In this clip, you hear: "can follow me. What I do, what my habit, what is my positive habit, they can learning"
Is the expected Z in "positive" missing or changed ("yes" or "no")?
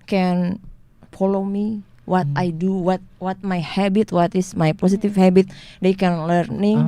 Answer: yes